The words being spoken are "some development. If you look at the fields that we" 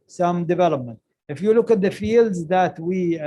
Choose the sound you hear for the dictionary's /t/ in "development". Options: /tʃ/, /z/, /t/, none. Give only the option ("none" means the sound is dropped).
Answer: /t/